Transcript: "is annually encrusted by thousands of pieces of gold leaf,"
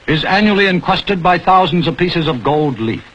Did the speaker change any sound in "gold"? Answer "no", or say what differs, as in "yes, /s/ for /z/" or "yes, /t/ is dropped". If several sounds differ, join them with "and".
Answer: no